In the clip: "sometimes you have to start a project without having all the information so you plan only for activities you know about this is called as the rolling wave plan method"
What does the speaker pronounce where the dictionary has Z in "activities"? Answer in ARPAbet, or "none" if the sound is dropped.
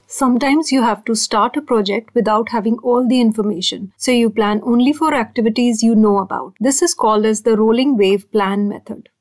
Z